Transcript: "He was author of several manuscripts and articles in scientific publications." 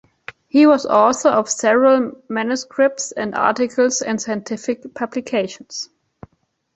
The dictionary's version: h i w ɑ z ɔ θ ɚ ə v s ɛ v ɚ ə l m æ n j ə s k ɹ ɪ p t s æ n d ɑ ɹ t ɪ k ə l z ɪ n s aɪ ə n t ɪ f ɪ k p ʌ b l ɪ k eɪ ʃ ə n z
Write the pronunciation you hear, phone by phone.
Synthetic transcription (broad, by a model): h i w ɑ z ɔ s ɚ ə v s ɛ v ɚ ə l m æ n j ə s k ɹ ɪ p t s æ n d ɑ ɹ t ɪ k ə l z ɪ n s aɪ ə n t ɪ f ɪ k p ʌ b l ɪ k eɪ ʃ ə n s